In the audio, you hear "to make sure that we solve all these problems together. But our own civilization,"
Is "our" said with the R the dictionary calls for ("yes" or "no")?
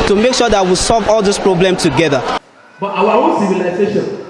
no